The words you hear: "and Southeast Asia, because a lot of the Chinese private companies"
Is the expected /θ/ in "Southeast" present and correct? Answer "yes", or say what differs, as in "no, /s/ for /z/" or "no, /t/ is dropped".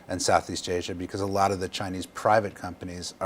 yes